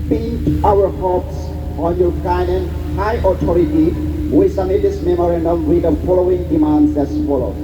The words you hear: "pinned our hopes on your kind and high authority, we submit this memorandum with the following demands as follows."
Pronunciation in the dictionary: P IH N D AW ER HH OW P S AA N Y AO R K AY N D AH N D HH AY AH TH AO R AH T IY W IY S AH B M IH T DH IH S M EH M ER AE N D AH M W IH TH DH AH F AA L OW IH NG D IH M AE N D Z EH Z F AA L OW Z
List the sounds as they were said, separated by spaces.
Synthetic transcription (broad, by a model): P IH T AW ER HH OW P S AA N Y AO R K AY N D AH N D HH AY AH T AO R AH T IY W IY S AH M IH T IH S M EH M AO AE N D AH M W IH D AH F AA L OW IH NG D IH M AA N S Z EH S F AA L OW